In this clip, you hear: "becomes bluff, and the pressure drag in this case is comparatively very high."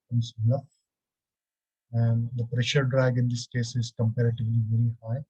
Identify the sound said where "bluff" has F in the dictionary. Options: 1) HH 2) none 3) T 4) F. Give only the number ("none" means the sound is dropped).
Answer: 2